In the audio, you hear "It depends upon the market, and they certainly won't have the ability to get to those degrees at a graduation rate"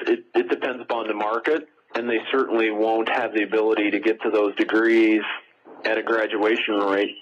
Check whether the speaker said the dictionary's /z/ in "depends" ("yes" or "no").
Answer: yes